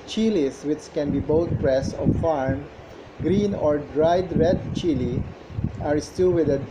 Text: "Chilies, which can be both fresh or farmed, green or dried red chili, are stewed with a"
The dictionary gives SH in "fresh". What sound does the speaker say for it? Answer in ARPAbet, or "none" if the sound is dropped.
S